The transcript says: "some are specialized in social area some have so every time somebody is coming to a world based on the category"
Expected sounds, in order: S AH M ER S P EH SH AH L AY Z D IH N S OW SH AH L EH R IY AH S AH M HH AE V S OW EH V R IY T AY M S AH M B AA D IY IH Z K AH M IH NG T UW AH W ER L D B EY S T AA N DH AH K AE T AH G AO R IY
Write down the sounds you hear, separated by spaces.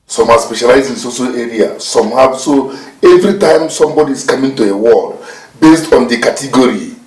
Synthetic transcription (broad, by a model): S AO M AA S P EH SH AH L AY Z IH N S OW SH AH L EH R IY AH S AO M HH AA S OW EH V R IY T AY M S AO M B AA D IY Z K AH M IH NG T UW AH W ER L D B EY S T AA N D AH K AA T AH G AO R IY